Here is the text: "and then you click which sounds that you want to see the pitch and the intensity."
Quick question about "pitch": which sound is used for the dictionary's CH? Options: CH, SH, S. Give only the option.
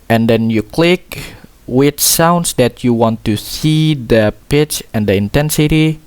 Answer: CH